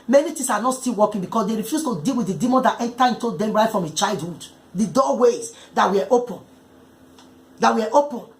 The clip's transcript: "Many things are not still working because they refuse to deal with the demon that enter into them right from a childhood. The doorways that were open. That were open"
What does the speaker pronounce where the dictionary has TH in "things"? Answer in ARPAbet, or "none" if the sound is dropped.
T